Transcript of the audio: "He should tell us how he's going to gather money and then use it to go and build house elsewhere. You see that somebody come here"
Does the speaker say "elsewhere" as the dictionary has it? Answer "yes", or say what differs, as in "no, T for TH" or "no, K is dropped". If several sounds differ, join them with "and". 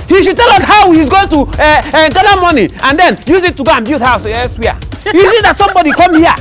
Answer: no, L is dropped